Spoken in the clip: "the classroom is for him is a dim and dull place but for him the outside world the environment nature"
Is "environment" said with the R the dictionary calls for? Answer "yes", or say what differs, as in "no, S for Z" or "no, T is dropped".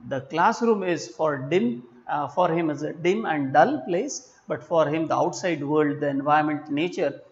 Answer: no, R is dropped